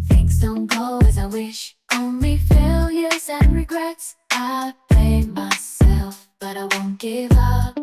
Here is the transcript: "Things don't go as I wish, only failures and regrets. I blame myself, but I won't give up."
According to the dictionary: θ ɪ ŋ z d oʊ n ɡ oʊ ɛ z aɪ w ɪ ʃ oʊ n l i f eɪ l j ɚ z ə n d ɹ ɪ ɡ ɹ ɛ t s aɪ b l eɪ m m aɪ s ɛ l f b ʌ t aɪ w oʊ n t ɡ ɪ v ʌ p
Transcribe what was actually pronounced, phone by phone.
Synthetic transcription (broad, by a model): θ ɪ ŋ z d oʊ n ɡ oʊ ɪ z aɪ w ɪ ʃ oʊ n l i f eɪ l j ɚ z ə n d ɹ ɪ ɡ ɹ ɛ t s aɪ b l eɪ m m aɪ s ɛ l f b ʌ t aɪ w oʊ n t ɡ ɪ v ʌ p